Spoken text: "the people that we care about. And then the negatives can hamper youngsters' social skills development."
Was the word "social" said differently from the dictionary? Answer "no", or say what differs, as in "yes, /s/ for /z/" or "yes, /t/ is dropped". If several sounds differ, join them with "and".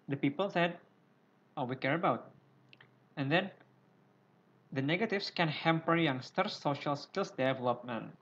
no